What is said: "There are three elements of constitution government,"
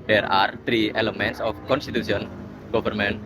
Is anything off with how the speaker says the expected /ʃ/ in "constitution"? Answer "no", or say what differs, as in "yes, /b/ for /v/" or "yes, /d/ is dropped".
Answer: yes, /s/ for /ʃ/